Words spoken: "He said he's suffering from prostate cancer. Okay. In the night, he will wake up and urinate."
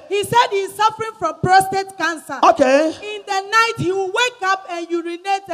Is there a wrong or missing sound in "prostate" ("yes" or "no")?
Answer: no